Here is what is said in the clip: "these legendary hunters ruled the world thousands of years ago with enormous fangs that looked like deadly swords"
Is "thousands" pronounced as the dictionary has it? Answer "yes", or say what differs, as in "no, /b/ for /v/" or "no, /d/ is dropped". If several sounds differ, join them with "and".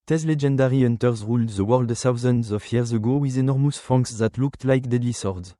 no, /s/ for /θ/